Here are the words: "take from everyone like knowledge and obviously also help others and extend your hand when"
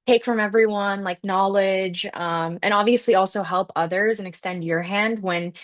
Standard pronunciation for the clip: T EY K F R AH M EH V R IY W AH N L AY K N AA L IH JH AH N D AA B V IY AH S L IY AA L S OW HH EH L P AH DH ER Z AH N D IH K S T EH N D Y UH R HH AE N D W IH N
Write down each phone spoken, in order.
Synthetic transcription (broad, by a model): T EY K F R AH M EH V R IY W AH N L AY K N AA L IH JH AH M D AA B V IY AH S L IY AA L S OW HH EH L P AH DH ER Z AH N IH K S T EH N D Y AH R HH AE N D W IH N